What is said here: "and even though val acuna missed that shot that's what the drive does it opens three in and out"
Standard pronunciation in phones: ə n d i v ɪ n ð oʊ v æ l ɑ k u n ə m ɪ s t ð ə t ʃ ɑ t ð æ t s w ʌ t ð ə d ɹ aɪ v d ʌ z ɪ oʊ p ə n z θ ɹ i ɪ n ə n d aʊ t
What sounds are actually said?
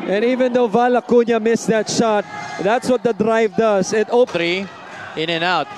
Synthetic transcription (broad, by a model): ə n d i v ɪ n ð oʊ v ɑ l ɑ k u n ə m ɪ s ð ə t ʃ ɑ t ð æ t s w ʌ t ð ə d ɹ aɪ v d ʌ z ɪ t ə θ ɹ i ɪ n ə n aʊ t